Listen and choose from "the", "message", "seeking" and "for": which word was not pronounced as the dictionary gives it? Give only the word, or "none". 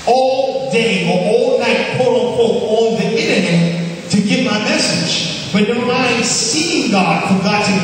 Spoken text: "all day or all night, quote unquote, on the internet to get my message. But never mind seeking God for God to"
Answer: seeking